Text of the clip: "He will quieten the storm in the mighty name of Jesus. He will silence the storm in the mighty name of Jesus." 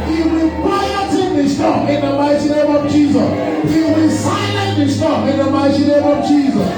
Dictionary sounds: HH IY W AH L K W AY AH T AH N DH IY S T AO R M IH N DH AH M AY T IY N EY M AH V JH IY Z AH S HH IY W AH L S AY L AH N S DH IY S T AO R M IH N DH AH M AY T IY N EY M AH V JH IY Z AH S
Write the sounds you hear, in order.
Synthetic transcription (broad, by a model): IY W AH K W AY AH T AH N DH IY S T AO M IH N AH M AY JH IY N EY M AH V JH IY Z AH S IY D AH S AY N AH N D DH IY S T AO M IH N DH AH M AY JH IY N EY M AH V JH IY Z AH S